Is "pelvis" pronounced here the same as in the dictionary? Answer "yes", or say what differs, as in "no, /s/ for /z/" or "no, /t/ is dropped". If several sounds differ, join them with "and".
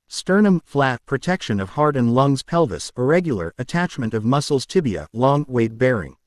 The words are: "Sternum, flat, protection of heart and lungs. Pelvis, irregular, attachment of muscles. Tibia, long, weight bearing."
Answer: yes